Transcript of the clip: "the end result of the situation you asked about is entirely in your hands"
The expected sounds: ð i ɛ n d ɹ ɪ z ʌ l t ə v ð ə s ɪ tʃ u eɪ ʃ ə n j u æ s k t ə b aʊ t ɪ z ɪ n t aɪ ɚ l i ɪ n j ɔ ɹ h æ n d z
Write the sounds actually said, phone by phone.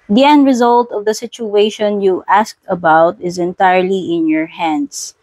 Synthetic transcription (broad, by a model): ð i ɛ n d ɹ ɪ z ʌ l t ə v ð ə s ɪ tʃ u eɪ ʃ ə n j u æ s k t ə b aʊ t ɪ z ɪ n t aɪ ɚ l i ɪ n j ɔ ɹ h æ n d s